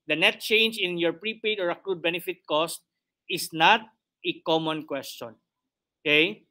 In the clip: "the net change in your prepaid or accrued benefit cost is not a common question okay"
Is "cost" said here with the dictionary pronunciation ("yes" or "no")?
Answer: yes